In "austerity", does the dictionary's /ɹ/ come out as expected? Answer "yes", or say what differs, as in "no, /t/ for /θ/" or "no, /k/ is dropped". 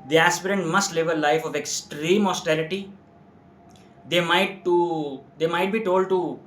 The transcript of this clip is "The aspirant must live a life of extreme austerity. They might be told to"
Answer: no, /l/ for /ɹ/